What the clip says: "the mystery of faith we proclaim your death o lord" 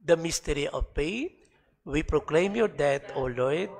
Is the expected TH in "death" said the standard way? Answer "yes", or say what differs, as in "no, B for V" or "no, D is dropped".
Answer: no, T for TH